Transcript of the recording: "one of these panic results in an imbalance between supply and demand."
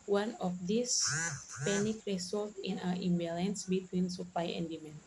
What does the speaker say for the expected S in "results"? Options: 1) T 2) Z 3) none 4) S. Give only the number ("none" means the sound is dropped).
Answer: 3